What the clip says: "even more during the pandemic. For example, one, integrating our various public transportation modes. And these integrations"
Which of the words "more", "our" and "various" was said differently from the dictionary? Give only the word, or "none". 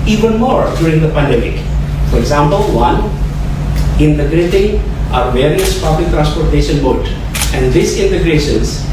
none